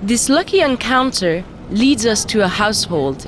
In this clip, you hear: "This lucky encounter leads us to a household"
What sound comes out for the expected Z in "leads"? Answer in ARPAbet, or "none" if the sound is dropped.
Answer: Z